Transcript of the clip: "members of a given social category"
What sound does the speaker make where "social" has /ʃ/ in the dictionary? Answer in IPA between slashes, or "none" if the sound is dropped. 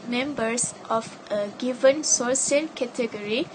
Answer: /s/